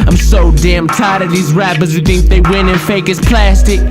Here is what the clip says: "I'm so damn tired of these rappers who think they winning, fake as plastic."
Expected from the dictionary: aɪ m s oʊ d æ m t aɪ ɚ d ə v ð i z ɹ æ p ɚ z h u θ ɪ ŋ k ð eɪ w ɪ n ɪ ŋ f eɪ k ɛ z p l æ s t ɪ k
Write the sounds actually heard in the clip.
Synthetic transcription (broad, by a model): aɪ m s oʊ d æ m t aɪ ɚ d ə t ð i z ɹ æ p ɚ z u θ ɪ ŋ k ð eɪ w ɪ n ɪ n f eɪ k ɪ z p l æ s t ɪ k